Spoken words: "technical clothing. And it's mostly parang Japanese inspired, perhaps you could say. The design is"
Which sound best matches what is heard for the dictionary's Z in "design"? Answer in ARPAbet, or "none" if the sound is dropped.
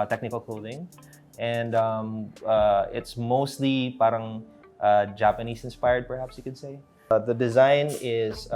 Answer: Z